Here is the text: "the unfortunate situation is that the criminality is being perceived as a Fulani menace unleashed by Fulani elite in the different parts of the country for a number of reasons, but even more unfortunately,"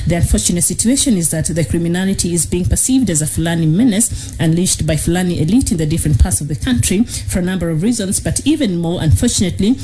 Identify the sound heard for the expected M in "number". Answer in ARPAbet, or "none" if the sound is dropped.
M